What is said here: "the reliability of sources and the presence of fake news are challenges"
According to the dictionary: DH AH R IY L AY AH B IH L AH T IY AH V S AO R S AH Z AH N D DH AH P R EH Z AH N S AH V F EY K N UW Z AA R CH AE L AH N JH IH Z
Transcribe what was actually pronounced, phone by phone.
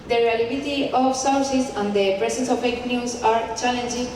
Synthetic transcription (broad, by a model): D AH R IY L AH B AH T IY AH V S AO W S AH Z AH N D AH P R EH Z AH N S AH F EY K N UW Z AA R CH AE L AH N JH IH